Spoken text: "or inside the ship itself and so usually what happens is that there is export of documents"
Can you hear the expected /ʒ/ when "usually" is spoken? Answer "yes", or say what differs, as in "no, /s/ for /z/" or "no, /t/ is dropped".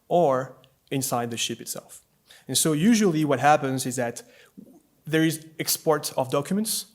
yes